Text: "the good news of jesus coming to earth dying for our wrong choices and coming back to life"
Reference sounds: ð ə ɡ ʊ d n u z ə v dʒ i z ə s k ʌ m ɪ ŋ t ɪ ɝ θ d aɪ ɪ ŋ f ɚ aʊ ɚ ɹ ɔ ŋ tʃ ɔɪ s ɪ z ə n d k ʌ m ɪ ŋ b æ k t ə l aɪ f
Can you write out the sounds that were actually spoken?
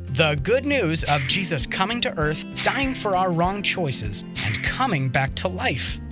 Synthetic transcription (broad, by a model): ð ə ɡ ʊ d n u z ə v dʒ i z ə s k ʌ m ɪ ŋ t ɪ ɝ θ d aɪ ɪ ŋ f ɚ aʊ ɚ ɹ ɔ ŋ tʃ ɔɪ s ɪ z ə n k ʌ m ɪ ŋ b æ k t ə l aɪ f